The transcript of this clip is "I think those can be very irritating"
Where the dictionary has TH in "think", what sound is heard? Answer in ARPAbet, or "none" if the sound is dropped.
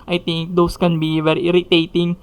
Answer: T